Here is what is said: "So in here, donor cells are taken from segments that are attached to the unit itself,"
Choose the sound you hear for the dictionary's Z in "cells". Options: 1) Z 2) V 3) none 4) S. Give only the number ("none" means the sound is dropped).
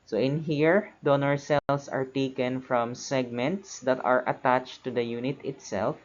4